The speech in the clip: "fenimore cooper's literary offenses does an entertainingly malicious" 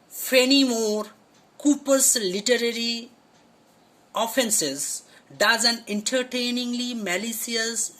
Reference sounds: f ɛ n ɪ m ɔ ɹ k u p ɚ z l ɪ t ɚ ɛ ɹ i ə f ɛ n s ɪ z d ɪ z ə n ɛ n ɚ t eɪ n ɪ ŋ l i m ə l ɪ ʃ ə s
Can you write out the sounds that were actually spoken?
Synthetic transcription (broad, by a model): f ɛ n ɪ m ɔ ɹ k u p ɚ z l ɪ t ɚ ɛ ɹ i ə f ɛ n s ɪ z d ɪ z ə n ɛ n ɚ t eɪ n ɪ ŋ l i m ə l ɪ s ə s